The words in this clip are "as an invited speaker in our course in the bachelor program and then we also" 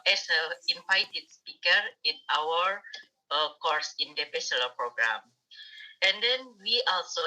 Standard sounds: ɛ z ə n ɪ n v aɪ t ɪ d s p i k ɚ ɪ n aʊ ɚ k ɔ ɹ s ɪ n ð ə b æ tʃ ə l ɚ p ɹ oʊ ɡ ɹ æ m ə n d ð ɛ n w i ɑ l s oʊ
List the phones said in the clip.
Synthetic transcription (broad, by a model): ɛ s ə l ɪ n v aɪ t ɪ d s p i k ɚ ɪ n aʊ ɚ k ɔ ɹ s ɪ n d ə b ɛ s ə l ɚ p ɹ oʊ ɡ ɹ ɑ m ə n d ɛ n w i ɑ l s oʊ